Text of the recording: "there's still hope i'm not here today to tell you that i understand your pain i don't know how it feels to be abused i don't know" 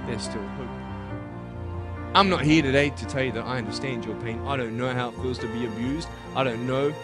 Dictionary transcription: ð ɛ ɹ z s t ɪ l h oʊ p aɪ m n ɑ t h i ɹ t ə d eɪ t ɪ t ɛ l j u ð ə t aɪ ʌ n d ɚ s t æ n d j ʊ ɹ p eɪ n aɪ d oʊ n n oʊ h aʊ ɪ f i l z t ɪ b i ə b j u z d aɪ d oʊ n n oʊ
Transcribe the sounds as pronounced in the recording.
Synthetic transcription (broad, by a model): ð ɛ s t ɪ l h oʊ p aɪ m n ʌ t h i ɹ t ə d eɪ t ɪ t ɛ l j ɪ ð ə t aɪ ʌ n d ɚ s t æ n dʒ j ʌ ɹ p eɪ n aɪ d oʊ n n oʊ h aʊ ɪ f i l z t ɪ b i ə b j u z d aɪ d oʊ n n oʊ